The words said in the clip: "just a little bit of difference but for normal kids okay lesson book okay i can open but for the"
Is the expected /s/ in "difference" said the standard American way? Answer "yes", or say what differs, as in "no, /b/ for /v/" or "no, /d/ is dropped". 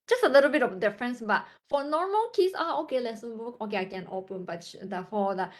yes